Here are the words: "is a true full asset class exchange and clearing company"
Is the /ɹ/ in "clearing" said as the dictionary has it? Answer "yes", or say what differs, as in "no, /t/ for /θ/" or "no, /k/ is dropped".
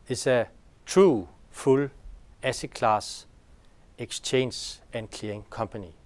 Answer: no, /ɹ/ is dropped